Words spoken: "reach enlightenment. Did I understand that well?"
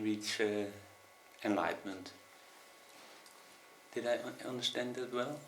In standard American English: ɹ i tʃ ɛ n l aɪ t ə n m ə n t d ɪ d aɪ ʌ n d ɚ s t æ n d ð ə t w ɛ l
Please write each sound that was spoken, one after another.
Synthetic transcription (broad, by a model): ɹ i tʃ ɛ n l aɪ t m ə n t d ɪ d aɪ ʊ n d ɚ ʃ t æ n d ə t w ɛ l